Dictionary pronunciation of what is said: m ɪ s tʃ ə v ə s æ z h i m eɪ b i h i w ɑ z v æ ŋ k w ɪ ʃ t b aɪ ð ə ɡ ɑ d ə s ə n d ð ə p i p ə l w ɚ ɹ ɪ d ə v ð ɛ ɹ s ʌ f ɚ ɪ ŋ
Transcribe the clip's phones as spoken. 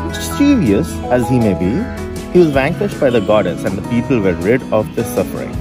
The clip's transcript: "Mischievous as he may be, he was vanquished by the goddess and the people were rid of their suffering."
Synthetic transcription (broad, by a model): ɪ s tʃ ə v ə s æ z h i m eɪ b i h i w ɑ z v æ ŋ k w ɪ ʃ t b aɪ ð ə ɡ ɑ d ə s ə n d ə p i p ə l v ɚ ɹ ɪ d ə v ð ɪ s ʌ f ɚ ɪ ŋ